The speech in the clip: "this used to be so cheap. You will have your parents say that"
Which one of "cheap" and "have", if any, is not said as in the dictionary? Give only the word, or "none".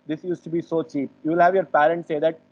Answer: none